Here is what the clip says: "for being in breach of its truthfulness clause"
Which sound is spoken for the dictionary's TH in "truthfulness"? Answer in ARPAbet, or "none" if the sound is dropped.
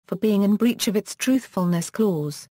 TH